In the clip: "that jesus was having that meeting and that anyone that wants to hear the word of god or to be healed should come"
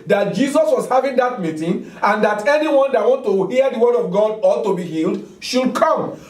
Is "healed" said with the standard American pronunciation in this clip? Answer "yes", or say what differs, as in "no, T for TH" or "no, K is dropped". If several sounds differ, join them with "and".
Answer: yes